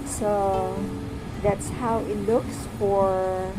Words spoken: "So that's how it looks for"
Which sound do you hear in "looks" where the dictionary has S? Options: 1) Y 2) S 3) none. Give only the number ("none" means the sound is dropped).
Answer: 2